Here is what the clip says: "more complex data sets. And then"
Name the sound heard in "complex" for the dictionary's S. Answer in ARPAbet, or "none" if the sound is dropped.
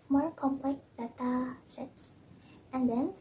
none